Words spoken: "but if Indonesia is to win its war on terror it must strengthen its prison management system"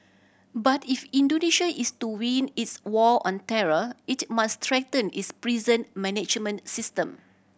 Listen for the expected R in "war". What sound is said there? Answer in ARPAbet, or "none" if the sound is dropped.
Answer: L